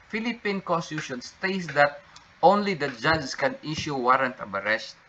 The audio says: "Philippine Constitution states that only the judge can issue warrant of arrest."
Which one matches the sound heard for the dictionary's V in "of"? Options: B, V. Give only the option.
B